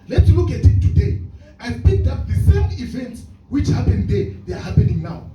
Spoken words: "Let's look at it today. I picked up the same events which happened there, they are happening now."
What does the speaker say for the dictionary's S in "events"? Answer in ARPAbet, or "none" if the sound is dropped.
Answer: S